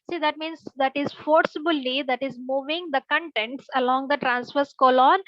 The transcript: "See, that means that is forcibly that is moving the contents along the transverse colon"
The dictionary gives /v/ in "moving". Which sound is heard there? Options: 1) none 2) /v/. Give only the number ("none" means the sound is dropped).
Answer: 2